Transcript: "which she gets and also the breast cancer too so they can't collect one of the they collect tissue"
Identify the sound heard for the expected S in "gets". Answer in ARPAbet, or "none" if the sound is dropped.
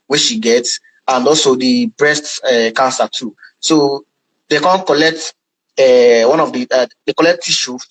S